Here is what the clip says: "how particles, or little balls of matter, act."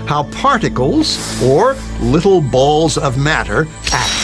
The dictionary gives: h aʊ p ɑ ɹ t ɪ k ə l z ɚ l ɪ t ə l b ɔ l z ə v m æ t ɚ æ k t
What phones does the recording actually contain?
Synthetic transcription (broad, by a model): h aʊ p ɑ ɹ t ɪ k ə l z ɚ l ɪ t l b ɔ l z ə v m æ t ɚ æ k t